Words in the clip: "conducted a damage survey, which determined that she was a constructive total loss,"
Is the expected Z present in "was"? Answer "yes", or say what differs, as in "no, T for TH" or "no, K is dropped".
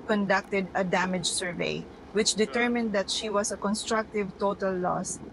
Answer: no, S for Z